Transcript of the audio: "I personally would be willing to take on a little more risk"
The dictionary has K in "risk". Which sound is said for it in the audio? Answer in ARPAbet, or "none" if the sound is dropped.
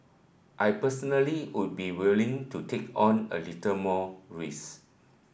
none